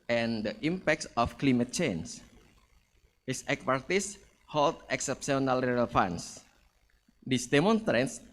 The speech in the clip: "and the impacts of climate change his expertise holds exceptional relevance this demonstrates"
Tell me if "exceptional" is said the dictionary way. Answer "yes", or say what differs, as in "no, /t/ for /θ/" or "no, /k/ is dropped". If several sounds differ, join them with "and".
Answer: no, /s/ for /ʃ/